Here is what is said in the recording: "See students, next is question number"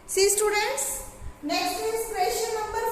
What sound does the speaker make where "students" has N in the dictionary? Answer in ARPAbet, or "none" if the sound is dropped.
N